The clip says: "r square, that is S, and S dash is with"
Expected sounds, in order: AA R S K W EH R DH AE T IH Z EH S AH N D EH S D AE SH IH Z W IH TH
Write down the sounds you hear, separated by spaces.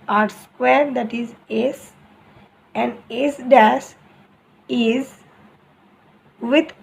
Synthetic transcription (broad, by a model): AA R S K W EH R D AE T IH Z EH S AH N D EH S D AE S IH Z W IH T